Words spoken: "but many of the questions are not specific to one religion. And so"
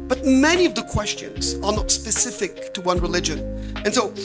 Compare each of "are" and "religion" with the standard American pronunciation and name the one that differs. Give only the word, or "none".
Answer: none